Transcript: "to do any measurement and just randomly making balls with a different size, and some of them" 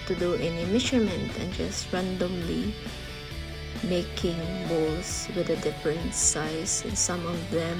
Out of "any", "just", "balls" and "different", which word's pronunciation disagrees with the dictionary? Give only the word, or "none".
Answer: balls